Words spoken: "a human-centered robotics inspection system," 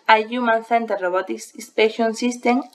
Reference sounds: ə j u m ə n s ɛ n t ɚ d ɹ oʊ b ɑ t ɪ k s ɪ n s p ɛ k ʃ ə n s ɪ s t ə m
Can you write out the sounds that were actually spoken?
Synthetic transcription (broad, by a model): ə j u m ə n θ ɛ n t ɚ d ɹ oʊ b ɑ t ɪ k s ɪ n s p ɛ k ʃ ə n s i s t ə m